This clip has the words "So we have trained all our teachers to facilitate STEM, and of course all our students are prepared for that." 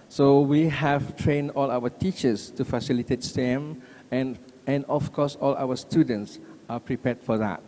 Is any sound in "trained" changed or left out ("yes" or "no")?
no